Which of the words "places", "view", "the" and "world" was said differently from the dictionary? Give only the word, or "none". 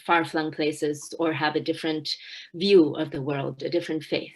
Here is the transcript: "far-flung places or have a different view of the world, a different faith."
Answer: none